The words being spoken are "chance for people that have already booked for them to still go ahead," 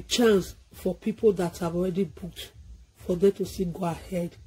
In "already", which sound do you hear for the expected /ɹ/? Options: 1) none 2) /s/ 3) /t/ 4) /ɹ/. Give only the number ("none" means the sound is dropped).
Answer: 4